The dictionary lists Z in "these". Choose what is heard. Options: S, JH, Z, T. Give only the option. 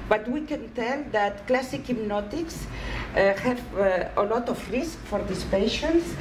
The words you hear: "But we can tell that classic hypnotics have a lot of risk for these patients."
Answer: S